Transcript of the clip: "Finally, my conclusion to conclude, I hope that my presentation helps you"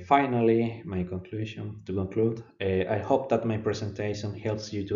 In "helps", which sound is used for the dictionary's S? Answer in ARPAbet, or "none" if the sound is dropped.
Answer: S